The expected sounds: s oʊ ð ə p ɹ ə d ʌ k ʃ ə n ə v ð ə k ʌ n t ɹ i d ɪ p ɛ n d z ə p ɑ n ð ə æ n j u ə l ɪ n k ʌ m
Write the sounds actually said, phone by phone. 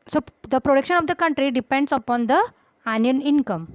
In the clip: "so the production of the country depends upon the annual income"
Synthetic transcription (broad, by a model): s oʊ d ə p ɹ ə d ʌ k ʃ ə n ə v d ə k ʌ n t ɹ i d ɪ p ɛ n d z ə p ɑ n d ə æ n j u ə n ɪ n k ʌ m